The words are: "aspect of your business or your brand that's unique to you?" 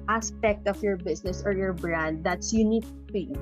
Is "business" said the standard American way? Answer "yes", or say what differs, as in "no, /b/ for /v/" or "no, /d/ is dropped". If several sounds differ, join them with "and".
no, /s/ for /z/